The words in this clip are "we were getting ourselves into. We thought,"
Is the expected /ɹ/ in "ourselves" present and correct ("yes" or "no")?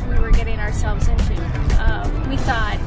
yes